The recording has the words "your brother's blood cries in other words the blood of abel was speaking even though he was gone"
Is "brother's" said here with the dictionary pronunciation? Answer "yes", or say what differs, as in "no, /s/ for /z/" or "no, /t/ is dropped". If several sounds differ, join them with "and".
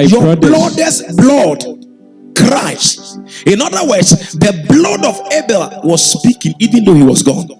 no, /l/ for /ɹ/